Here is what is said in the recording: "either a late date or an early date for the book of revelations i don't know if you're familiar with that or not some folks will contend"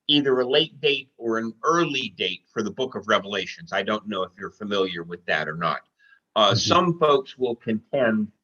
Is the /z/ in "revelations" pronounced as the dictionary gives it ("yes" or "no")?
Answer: yes